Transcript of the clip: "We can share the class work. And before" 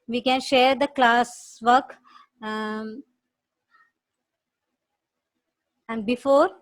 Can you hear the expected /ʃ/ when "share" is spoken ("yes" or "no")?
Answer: yes